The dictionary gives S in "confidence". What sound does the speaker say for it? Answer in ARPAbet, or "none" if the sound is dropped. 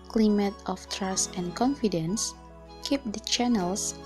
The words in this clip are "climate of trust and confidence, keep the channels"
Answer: S